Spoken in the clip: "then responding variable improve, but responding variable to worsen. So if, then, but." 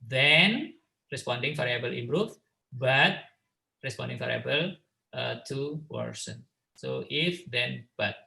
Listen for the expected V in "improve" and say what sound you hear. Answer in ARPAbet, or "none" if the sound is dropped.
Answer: F